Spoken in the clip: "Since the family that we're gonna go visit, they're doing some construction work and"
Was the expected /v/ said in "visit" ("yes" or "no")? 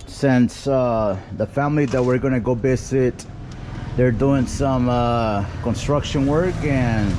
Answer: no